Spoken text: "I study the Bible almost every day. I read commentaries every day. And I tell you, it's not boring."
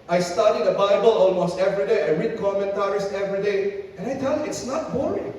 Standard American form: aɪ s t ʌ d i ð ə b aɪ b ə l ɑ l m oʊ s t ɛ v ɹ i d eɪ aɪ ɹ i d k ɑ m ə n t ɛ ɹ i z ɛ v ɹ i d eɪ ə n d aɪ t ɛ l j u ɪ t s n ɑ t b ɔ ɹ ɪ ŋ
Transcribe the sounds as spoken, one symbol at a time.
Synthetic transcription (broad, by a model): aɪ s t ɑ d i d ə b aɪ b ə l ɑ l m oʊ s t ɛ v ɹ i d eɪ aɪ ɹ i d k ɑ m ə n t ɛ ɹ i s ɛ v ɹ i d eɪ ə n aɪ t ɛ l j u ɪ t s n ɑ t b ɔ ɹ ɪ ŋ